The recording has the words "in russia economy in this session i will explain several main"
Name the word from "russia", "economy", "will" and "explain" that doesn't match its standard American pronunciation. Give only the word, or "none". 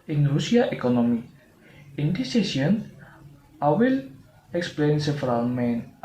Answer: russia